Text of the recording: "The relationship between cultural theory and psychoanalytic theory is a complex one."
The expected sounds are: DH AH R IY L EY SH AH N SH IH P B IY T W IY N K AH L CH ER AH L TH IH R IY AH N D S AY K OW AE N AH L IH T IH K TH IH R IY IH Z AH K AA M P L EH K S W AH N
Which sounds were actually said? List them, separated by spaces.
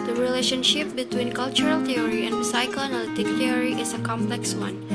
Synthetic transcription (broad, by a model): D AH R IY L EY SH AH N SH IH P B IY T W IY N K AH L CH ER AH L T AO R IY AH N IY S AY K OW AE N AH L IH T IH K T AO R IY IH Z AH K AA M P L EH K S W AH N